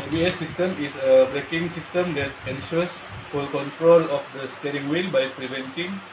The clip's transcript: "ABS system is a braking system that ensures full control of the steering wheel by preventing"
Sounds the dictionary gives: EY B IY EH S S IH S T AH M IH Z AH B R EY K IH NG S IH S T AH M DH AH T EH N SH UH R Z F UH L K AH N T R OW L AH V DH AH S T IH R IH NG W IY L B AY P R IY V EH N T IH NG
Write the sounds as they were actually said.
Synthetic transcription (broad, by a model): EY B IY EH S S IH S T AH M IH S AH B R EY K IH NG S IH S T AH M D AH T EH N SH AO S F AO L K AH N T R OW L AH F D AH S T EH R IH NG W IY N B AY P R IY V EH N T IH NG